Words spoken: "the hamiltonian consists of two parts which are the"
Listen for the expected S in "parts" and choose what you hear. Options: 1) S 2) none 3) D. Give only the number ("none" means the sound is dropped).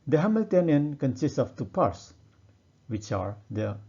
1